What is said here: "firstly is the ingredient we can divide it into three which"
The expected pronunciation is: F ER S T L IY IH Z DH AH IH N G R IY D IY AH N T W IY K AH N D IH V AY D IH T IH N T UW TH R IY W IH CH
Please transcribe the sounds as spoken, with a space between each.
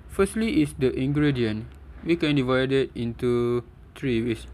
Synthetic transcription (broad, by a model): F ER S T L IY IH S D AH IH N G R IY D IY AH N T W IY K AH N D IH V AY D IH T IH N T UW T R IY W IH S